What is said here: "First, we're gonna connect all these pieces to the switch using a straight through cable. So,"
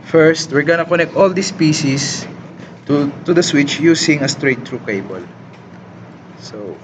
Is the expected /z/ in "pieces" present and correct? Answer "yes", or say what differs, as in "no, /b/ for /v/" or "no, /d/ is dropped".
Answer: no, /s/ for /z/